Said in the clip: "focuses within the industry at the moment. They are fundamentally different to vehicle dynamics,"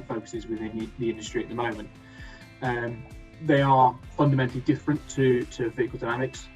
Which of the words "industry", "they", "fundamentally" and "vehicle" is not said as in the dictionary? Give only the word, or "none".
vehicle